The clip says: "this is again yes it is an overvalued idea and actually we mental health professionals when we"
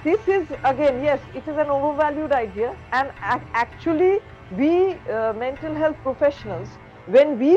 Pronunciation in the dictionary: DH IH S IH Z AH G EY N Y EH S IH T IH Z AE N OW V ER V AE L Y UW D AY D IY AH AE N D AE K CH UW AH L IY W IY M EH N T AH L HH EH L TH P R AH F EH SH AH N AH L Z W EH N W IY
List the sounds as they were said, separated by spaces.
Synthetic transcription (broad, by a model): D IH S IH Z AH G EY N Y EH S IH T IH Z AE N OW V ER V AE L Y UW D AY D IY AH AE N D AE K CH UW AH L IY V IY M EH N T AH L HH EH L T P R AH F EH SH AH N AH L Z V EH N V IY